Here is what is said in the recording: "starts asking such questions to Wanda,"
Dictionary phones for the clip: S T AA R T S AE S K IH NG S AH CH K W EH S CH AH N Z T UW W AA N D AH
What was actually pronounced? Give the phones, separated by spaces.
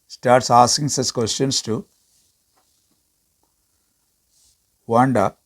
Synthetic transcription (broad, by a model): S T AA R T S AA S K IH NG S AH S K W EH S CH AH N S T UW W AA N D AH